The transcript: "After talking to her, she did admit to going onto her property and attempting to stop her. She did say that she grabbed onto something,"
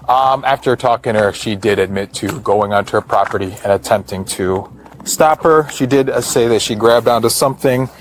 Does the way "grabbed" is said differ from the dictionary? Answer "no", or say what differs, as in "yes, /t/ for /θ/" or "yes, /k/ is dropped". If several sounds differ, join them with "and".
no